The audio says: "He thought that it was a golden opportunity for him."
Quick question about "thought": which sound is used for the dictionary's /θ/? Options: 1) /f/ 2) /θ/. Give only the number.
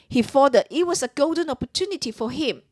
1